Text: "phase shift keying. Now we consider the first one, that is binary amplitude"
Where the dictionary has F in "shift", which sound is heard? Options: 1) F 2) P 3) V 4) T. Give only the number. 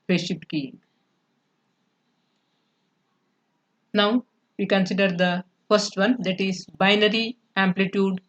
2